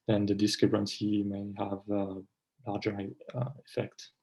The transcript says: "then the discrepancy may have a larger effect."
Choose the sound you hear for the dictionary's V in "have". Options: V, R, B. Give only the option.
V